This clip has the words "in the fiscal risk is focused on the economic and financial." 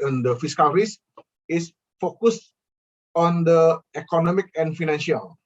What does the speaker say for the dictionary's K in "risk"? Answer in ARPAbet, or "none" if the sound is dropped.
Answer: none